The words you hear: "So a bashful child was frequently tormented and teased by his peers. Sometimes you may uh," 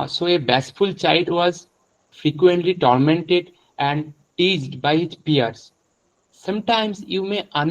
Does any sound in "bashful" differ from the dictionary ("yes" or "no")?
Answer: yes